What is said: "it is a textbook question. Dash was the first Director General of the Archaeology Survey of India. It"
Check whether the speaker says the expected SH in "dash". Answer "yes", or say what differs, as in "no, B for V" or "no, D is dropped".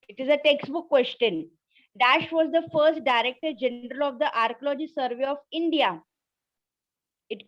yes